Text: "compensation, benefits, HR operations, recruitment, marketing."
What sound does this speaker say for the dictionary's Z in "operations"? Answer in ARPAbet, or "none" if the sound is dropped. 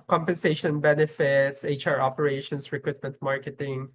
S